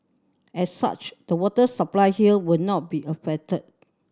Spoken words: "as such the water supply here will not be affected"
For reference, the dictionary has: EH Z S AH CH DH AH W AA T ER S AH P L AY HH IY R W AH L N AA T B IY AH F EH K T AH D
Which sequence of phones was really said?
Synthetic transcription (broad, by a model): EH S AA CH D AH W AA T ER S AH P L AY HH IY L W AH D N AA T B IY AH F EH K T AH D